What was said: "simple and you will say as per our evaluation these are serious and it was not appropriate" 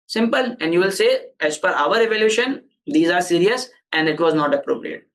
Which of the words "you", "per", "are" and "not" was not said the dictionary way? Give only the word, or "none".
per